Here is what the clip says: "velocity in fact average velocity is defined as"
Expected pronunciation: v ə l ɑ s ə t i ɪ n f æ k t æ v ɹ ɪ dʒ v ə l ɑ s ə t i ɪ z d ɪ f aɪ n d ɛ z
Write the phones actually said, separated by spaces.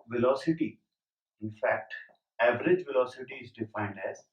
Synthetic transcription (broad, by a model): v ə l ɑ s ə t i ɪ n f æ k t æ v ɹ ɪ dʒ v ə l ɑ s ə t i ɪ z d ɪ f aɪ n d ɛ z